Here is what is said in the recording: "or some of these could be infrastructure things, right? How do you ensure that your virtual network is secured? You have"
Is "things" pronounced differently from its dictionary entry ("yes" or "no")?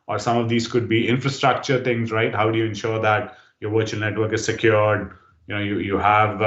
yes